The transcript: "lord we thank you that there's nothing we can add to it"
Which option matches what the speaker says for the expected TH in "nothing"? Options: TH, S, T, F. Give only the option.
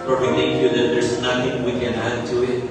T